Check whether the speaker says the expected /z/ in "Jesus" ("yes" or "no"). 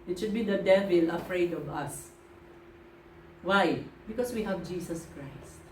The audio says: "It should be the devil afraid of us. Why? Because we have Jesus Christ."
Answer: no